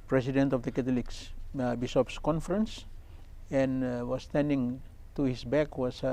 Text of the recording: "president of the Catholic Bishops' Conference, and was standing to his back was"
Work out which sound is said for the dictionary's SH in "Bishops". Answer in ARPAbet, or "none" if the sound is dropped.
S